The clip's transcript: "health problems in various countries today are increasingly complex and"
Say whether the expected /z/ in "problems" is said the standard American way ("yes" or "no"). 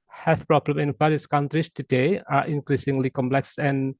no